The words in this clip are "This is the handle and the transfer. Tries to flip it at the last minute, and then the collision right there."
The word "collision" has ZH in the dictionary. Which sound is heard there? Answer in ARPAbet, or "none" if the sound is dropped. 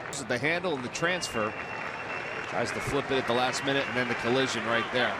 ZH